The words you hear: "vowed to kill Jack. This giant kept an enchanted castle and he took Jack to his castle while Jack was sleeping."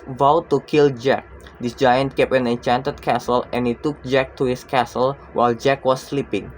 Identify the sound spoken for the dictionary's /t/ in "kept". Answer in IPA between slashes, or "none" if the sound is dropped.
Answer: none